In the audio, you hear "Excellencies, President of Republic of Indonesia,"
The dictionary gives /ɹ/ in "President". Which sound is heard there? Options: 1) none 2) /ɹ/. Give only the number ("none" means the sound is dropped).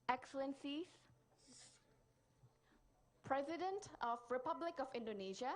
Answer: 2